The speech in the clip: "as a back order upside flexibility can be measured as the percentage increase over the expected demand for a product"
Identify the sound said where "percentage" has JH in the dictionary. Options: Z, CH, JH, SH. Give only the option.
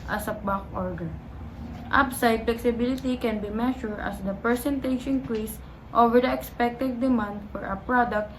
SH